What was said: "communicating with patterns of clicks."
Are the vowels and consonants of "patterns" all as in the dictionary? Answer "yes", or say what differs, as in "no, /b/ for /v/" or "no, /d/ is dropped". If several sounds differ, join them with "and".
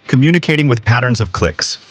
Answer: yes